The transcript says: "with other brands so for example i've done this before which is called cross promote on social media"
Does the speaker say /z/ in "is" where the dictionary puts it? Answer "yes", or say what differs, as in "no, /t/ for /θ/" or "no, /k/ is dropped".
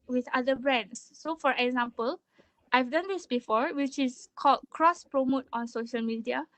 no, /s/ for /z/